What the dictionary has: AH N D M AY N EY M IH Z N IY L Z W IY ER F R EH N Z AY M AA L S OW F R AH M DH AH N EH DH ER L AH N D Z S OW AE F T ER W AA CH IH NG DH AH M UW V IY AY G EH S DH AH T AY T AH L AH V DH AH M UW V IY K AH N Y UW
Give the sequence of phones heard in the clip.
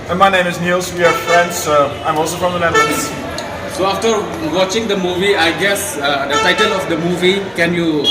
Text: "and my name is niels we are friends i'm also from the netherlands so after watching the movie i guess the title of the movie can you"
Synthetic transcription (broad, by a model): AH M AY N EY M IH S N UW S W IY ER F R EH N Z AY M AA L S OW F R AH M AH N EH ER N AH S S OW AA F T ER W AA CH IH NG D AH M UW V IY AY G EH S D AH T AY T AH L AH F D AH M UW V IY K AH N Y UW